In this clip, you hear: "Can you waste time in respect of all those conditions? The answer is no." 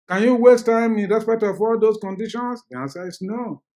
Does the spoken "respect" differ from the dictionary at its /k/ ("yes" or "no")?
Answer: yes